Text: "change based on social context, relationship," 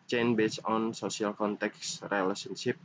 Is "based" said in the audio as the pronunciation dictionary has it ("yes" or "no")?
no